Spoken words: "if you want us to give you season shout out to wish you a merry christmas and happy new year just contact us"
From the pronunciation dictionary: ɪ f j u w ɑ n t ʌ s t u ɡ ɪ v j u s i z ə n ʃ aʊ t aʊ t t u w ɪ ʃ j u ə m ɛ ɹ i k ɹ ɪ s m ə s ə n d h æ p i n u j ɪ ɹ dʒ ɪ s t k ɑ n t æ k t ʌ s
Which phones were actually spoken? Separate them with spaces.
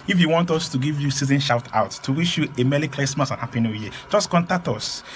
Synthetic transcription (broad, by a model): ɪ f j u w ɑ n t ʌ s t u ɡ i v j u s i z ə n ʃ aʊ t aʊ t t u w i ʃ j u ə m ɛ l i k l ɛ s m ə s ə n h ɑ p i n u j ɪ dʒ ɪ s k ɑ n t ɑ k t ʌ s